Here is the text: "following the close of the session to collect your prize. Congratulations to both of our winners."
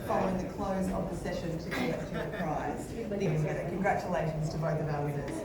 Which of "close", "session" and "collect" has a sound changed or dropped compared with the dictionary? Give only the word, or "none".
collect